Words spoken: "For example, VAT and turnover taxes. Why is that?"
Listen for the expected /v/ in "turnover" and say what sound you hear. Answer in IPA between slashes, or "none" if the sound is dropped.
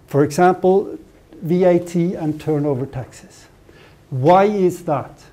/v/